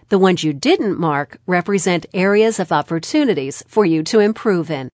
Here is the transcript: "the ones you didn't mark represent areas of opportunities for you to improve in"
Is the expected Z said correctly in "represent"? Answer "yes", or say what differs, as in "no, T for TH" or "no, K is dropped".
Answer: yes